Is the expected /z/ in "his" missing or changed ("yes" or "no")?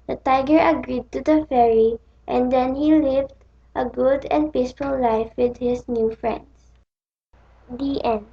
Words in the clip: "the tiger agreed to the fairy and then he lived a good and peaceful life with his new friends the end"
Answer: yes